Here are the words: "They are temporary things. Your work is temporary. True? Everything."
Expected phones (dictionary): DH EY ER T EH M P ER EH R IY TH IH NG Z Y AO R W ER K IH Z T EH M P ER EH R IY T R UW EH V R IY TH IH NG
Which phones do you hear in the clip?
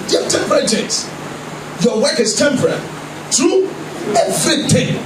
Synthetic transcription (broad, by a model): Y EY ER T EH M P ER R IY T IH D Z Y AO W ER K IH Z T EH M P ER R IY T R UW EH V R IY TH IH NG